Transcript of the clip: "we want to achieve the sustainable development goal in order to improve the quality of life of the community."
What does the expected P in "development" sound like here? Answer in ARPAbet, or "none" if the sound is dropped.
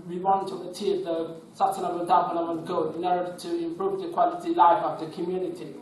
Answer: none